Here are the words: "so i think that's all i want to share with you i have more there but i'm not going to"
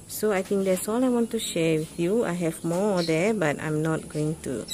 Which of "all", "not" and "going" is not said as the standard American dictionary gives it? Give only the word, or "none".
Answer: none